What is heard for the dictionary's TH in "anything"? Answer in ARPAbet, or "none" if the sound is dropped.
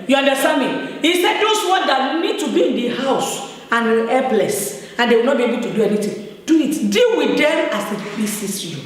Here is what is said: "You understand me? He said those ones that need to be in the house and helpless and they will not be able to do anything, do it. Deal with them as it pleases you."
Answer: T